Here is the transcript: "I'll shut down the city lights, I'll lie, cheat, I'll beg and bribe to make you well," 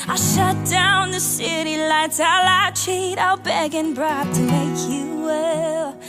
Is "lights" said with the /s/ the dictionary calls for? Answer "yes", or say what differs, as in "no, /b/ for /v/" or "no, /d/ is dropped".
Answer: no, /s/ is dropped